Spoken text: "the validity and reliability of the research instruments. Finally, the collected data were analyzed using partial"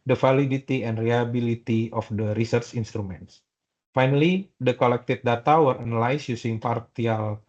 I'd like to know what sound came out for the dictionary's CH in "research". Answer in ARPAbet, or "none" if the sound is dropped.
CH